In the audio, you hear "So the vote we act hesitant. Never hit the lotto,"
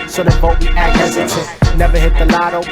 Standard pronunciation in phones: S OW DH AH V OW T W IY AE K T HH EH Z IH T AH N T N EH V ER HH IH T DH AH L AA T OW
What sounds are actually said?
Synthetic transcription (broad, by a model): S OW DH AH B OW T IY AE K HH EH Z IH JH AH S N EH V ER HH IH T DH AH L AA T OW